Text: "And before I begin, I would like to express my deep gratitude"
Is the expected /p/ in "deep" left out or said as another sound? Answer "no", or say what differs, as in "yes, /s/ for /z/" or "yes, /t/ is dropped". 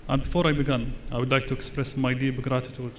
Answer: yes, /b/ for /p/